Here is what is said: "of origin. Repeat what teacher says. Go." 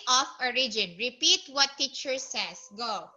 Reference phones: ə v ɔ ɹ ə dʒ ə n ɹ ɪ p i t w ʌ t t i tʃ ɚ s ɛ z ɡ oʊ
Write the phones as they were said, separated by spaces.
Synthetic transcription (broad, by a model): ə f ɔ ɹ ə dʒ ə n ɹ ɪ p i t w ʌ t t i tʃ ɚ s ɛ s ɡ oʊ